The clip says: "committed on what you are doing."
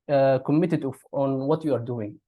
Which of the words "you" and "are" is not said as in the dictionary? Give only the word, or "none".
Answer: none